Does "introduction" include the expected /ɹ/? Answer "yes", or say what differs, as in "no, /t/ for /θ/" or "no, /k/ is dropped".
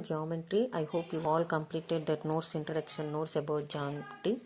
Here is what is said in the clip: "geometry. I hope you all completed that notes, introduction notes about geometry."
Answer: no, /ɹ/ is dropped